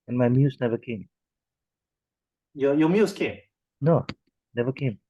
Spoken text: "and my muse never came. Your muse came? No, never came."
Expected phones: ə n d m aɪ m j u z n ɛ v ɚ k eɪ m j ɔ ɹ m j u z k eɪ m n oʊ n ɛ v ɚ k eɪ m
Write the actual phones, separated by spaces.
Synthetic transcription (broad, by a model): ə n m aɪ m j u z n ɛ v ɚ k eɪ m j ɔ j m j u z k eɪ m n oʊ n ɛ v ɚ k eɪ m